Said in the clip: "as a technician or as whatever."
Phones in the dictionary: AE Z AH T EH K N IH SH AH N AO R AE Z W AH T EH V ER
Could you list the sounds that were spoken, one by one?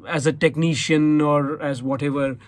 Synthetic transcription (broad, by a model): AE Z AH T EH K N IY SH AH N AO R AE Z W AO T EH V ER